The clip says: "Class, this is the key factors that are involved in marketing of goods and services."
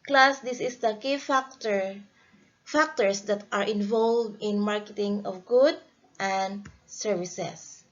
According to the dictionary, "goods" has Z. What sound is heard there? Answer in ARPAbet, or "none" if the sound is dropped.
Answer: none